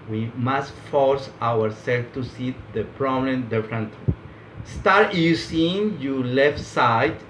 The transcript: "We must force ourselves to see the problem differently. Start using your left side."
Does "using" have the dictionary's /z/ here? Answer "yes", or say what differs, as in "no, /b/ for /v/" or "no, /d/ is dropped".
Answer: no, /s/ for /z/